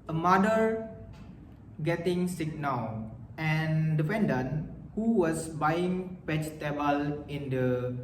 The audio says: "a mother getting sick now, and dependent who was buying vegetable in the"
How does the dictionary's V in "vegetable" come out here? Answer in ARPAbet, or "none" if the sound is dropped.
P